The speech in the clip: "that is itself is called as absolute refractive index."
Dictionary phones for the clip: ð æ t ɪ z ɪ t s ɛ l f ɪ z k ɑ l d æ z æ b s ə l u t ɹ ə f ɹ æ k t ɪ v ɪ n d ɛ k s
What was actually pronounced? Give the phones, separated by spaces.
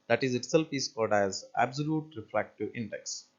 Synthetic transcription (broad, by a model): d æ t ɪ z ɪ t s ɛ l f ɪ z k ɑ d æ z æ b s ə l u t ɹ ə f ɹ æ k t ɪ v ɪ n d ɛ k s